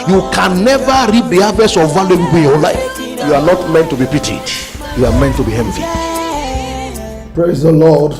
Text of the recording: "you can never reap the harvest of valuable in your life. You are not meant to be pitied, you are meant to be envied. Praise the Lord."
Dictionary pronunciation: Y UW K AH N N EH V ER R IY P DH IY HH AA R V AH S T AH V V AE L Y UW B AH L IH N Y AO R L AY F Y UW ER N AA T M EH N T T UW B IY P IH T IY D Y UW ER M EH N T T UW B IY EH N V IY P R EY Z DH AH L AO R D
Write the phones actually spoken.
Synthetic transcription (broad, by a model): Y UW K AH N N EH V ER R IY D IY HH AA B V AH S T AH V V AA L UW AH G IH N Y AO L AY F Y UW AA N AA T M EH N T T UW B IY P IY T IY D Y UW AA M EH N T T UW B IY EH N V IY P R EY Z DH AH L AO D